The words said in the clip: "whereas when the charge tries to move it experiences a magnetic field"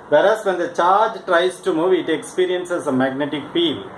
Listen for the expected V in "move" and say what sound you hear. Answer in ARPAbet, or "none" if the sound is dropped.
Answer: V